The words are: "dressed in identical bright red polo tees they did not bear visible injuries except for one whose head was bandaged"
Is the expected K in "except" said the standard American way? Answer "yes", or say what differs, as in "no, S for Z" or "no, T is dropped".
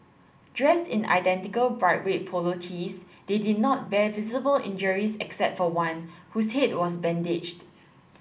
yes